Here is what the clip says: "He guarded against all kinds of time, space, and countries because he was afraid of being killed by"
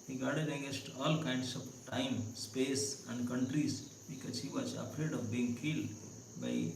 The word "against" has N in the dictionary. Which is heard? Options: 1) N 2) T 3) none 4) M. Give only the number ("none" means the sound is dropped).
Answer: 3